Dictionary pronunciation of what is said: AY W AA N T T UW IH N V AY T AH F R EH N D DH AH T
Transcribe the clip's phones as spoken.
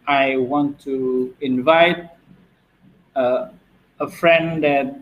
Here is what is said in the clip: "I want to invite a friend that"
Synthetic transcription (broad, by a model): AY W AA N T T UW IH N V AY T AH F R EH N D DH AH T